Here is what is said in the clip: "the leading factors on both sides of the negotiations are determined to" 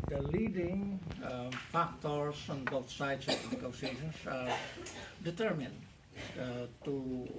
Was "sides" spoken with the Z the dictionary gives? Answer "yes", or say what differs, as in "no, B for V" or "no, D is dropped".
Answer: no, S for Z